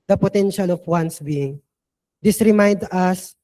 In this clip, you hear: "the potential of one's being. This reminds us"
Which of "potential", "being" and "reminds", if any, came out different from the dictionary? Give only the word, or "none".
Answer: reminds